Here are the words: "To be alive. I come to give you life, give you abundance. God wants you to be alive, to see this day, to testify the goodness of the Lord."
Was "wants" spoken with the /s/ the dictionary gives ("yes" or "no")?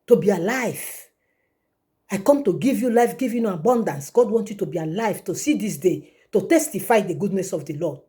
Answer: no